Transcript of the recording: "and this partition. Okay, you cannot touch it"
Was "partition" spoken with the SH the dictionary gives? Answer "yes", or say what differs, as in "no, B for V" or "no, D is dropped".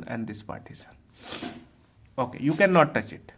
no, S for SH